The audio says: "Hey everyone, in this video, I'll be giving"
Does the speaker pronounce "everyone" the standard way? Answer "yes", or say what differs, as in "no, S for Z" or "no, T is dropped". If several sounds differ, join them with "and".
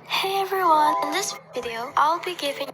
yes